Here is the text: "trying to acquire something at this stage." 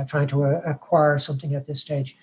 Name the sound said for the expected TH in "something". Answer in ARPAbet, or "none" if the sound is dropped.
TH